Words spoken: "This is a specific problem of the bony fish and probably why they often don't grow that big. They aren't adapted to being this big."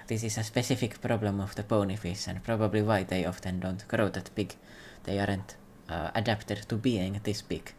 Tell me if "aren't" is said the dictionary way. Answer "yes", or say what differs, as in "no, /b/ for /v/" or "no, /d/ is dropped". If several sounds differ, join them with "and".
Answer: yes